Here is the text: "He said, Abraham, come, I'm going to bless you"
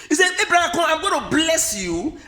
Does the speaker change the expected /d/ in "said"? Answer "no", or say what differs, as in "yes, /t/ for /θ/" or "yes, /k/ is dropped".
yes, /d/ is dropped